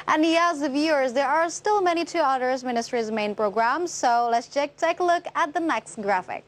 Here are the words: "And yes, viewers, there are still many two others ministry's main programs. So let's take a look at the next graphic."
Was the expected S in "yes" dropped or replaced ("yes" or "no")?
yes